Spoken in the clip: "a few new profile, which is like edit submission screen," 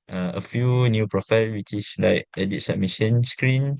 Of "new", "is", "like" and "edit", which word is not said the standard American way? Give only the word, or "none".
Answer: is